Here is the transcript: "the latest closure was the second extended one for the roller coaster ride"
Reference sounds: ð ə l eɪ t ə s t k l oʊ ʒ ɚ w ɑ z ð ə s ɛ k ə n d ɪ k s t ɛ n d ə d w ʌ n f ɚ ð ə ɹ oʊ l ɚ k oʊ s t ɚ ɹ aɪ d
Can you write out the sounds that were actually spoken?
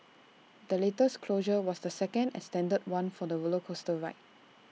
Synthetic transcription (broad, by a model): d ə l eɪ t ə s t k l oʊ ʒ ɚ w ɑ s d ə s ɛ k ə n d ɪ s t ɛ n d ə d w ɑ n f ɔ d ə w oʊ l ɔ k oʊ s t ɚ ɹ aɪ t